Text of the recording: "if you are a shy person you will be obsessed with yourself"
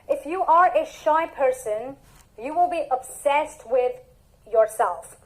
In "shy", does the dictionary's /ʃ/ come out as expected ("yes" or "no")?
yes